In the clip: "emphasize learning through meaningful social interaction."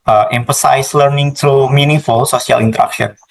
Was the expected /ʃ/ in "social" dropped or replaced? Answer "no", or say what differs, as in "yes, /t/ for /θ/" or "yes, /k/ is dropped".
yes, /s/ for /ʃ/